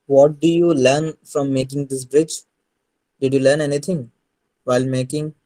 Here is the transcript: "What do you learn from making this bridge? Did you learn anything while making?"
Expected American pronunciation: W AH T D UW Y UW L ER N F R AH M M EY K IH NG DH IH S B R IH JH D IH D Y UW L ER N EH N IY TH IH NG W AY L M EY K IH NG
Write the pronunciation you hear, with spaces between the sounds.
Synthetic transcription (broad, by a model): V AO T D UW Y UW L ER N F R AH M M EY K IH NG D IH S B R IH JH D IH D Y UW L ER N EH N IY T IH NG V AY L M EY K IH NG